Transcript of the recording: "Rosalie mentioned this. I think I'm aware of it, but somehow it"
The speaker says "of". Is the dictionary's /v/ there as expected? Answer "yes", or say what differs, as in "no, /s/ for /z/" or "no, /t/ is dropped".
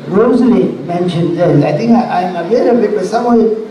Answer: no, /b/ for /v/